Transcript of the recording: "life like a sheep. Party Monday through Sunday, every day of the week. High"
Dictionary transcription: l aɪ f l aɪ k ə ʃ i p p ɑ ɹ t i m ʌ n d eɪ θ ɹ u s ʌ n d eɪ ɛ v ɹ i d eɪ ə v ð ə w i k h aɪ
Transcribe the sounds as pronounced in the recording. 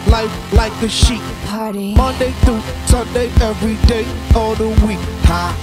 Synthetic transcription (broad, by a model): l aɪ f l aɪ k ə ʃ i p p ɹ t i m ʌ n d eɪ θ u s ʌ n d eɪ ɛ v ɹ i d eɪ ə ð ə w i k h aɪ